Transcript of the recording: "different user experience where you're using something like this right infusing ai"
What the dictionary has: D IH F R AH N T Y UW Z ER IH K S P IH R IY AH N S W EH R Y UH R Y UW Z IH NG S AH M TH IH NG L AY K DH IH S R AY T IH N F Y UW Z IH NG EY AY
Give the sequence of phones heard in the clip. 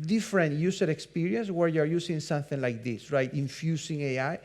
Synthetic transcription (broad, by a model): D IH F R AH N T Y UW S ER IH K S P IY R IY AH N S W EH R Y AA R Y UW S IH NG S AH M TH IH NG L AY K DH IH S R AY T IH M F Y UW S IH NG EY AY